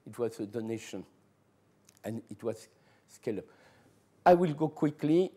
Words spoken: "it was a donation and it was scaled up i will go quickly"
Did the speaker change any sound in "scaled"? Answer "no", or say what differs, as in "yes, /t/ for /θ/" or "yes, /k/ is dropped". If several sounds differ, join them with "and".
yes, /d/ is dropped